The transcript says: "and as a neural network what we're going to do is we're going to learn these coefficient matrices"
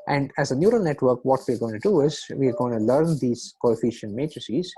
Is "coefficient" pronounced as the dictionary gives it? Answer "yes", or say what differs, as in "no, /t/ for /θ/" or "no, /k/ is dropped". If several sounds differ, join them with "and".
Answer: yes